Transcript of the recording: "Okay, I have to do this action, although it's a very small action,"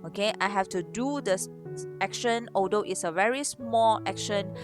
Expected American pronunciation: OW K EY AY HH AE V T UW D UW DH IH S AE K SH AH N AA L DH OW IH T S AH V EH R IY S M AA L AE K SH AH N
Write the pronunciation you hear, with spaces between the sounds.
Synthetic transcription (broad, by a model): OW K EY AY HH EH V T UW D UW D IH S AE K SH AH N AA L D OW IH T S AH V EH R IY S M AA L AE K SH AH N